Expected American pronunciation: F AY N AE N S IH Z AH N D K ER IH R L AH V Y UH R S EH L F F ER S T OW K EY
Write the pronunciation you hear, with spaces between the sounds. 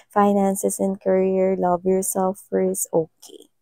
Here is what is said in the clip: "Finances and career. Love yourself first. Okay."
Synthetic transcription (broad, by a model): F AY N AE N S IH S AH N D K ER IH R L AH V Y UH R S EH L F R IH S OW K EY